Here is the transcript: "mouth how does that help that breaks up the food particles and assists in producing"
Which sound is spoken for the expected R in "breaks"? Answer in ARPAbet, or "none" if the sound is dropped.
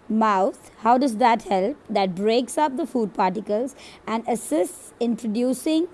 R